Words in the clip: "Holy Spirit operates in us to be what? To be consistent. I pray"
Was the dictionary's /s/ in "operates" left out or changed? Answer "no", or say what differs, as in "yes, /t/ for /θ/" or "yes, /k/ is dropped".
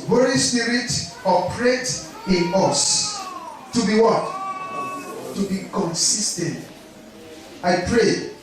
yes, /s/ is dropped